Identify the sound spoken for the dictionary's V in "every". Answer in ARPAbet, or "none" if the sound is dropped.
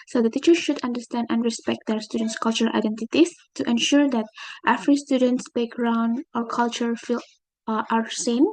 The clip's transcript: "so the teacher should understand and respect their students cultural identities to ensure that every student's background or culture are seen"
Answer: F